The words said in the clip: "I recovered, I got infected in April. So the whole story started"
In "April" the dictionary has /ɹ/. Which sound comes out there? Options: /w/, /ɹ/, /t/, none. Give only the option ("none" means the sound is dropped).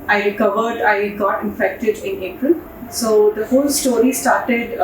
/ɹ/